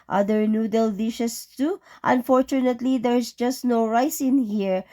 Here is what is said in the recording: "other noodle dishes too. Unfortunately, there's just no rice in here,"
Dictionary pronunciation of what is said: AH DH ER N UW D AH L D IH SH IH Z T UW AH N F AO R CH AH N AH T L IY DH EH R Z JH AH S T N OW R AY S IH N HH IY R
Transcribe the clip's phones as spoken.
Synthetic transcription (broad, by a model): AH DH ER N UW D AH L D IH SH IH S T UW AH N F AO R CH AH N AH T L IY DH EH R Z JH AH S T N OW R AY S IH N HH IY R